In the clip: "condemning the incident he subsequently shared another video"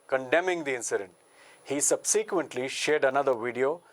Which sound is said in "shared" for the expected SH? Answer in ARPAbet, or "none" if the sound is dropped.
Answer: SH